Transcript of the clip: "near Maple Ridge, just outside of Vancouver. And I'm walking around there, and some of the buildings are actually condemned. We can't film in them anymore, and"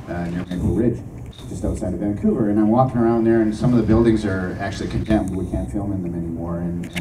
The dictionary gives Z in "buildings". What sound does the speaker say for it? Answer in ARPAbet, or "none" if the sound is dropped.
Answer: Z